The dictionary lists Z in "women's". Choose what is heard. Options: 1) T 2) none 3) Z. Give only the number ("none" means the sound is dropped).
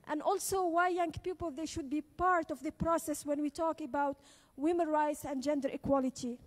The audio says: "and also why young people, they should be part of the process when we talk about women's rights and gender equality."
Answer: 2